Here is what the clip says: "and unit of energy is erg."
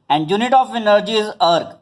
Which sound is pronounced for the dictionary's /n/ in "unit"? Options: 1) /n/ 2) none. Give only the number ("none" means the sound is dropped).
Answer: 1